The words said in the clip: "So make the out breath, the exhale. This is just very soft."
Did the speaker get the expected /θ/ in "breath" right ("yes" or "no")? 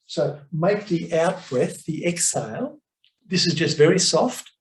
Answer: yes